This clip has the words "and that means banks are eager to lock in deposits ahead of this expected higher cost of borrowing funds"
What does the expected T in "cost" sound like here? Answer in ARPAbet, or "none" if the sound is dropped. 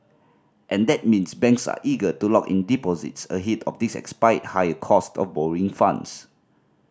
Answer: T